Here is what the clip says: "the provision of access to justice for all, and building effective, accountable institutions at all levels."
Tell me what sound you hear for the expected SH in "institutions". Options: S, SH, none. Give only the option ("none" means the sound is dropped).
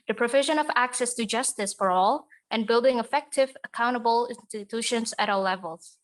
SH